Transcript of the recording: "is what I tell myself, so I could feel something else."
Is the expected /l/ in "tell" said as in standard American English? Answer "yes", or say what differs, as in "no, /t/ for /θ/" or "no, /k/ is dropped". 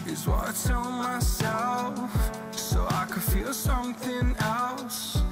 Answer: no, /n/ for /l/